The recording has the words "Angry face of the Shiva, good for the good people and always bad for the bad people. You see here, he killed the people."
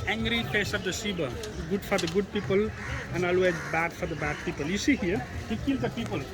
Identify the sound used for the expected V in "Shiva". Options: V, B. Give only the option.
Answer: B